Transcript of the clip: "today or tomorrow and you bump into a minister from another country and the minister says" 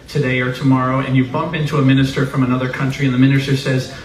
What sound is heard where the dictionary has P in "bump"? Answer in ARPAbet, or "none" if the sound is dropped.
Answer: P